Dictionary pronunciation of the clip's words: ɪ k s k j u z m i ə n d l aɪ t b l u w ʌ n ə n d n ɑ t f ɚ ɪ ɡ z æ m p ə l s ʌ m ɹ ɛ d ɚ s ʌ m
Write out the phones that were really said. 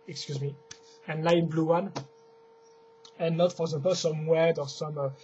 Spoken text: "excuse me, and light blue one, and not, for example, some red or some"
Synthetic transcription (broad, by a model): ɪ k s k j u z m i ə n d l aɪ t b l u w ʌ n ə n n ɑ t f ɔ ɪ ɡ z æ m p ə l s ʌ m w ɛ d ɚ s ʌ m